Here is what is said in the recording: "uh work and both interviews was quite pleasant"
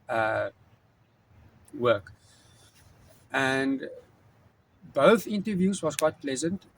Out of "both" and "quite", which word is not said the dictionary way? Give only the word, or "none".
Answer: none